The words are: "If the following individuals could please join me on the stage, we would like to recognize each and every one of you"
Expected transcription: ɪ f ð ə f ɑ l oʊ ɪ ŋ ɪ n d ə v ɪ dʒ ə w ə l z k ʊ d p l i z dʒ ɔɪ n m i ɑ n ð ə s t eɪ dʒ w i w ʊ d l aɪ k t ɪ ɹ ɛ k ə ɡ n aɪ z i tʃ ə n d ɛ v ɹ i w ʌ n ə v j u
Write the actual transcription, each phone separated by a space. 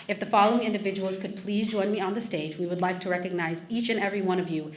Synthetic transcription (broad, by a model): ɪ f ð ə f ɑ l oʊ ɪ ŋ ɪ n d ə v ɪ dʒ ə w l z k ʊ d p l i z dʒ ɔɪ n m i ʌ n ð ə s t eɪ dʒ w i w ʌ d l aɪ k t ɪ ɹ ɛ k ə ɡ n aɪ z i tʃ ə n ɛ v ɹ i w ʌ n ə v j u